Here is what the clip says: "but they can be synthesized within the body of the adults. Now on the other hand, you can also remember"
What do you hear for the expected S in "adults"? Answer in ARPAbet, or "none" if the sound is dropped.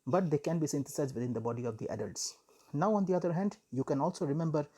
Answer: S